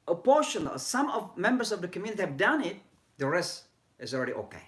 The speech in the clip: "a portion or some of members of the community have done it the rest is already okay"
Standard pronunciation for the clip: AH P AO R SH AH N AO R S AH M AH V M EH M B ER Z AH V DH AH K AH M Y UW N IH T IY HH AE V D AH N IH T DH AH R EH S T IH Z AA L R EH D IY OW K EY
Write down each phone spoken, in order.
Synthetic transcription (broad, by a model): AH P AO R SH AH N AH L S AH M AH V M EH M B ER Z AH V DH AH K AH M Y UW N IH T IY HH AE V D AH N IH T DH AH R EH S T IH Z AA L R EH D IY OW K EY